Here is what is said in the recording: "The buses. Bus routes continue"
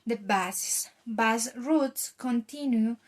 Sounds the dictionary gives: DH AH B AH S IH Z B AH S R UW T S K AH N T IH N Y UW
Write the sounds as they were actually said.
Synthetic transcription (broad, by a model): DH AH B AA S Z B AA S R UW T S K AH N T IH N Y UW